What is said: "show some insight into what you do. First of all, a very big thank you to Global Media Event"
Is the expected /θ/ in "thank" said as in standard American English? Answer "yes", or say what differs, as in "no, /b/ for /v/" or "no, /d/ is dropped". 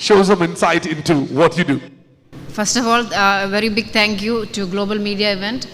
no, /t/ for /θ/